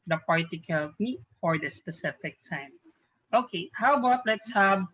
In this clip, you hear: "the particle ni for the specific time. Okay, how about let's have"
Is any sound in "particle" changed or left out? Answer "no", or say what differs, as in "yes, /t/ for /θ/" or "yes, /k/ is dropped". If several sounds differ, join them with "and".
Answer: no